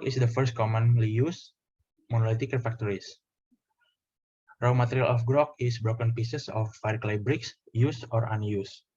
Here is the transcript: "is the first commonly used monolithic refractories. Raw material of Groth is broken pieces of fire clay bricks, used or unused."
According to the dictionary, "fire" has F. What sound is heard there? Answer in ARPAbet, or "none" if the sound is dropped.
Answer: F